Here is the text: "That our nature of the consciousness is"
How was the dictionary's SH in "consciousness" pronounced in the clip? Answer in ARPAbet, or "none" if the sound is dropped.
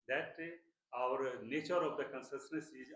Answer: S